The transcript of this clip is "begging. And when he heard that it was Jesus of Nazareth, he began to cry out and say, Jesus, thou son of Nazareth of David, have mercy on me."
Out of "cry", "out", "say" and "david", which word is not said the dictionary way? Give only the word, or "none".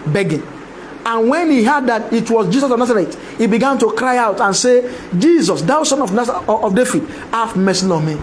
david